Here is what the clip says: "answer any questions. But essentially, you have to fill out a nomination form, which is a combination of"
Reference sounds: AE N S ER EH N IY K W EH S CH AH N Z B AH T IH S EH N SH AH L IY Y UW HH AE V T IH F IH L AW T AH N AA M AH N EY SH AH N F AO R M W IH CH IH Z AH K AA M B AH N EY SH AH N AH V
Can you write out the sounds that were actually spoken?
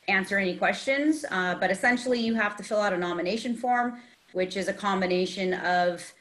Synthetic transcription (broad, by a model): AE N S ER EH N IY K W EH S CH AH N Z B AH T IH S EH N SH L IY Y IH HH AE F T IH F IH L AW T AH N AA M AH N EY SH AH N F AO R M W IH CH IH Z AH K AA M B AH N EY SH AH N AH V